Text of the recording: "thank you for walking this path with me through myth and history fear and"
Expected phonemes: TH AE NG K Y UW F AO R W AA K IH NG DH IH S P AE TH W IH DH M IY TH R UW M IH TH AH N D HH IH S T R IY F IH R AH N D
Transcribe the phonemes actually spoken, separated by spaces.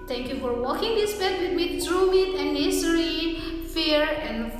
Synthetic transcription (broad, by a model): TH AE NG K Y UW F AO R W AA K IH NG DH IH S B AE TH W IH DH M IY T R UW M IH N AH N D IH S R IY F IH R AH N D